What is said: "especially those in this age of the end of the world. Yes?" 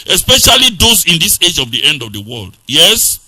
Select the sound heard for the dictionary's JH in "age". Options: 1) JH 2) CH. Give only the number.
1